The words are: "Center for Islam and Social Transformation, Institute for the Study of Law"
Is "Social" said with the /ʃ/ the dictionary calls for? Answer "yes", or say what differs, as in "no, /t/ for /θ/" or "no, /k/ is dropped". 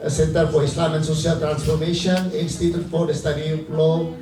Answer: no, /s/ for /ʃ/